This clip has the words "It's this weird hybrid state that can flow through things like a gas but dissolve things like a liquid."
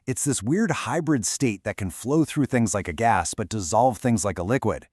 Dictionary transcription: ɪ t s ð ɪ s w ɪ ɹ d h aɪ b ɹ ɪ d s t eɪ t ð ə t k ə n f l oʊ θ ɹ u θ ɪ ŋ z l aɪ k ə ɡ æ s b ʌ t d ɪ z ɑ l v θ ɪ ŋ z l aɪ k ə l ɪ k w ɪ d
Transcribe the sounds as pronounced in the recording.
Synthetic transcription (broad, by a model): ɪ t s ð ɪ s w ɪ ɹ d h aɪ b ɹ ɪ d s t eɪ t ð ə t k ə n f l oʊ θ ɹ u θ ɪ ŋ z l aɪ k ə ɡ æ s b ʌ t d ɪ z ɑ l v θ ɪ ŋ z l aɪ k ə l ɪ k w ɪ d